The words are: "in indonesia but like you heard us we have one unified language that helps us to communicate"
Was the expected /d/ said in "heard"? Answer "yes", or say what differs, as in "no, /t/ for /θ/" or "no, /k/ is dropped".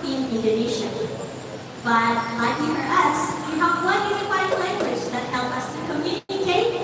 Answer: no, /d/ is dropped